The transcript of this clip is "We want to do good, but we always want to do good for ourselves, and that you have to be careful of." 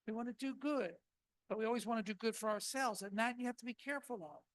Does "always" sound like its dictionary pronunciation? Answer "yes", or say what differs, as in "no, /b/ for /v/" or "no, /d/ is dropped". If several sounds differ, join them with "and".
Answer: yes